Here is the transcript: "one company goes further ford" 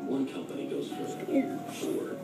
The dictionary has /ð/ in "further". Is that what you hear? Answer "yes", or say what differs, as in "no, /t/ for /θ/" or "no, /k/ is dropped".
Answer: no, /ð/ is dropped